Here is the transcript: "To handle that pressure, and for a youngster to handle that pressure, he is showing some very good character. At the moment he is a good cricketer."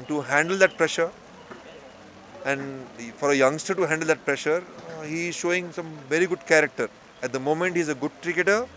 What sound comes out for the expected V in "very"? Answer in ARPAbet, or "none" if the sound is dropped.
V